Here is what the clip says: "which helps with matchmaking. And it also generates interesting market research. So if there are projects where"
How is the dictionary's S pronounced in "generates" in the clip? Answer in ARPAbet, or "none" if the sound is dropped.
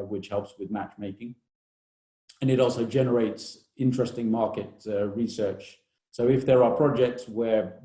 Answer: S